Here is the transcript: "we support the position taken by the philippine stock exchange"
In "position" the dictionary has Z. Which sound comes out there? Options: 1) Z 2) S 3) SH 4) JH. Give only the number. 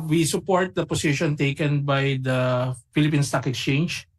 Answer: 2